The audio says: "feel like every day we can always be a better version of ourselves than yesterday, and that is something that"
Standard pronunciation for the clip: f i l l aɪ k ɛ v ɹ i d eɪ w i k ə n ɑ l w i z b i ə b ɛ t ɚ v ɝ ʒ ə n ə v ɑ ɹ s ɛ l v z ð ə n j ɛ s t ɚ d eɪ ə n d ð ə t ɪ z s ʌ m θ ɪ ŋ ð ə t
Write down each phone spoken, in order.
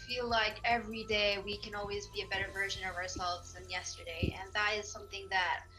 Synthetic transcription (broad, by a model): f i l l aɪ k ɛ v ɹ i d eɪ w i k ə n ɑ l w i z b i ə b ɛ t ɚ v ɝ ʒ ə n ə v ɑ ɹ s ɛ l v z ð ə n j ɛ s t ɚ d eɪ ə n ð ə t ɪ z s ʌ m θ ɪ ŋ ð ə t